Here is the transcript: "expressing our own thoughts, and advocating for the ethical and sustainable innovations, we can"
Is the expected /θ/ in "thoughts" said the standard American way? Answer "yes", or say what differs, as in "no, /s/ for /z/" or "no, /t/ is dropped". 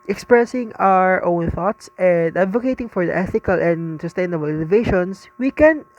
yes